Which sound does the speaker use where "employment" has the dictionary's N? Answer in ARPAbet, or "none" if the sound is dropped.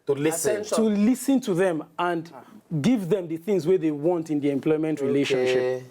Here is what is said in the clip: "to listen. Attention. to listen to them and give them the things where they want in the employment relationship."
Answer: N